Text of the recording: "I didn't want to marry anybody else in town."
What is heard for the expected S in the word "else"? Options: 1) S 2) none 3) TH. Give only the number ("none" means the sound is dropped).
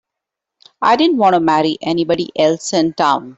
1